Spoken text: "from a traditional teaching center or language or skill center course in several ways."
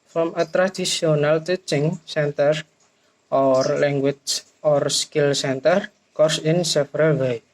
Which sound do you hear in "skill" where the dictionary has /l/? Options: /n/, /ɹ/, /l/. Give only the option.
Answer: /l/